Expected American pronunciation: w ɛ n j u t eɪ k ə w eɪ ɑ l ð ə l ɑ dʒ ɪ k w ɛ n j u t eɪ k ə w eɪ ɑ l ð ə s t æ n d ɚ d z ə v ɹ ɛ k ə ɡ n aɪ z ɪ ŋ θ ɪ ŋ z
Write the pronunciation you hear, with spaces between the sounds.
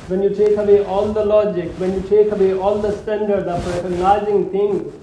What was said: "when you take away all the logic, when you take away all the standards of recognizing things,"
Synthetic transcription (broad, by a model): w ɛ n j u t eɪ k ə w eɪ ɑ l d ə l ɑ dʒ ɪ k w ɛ n j u t eɪ k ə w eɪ ɑ l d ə s t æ n d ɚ d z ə p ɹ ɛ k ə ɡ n aɪ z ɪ ŋ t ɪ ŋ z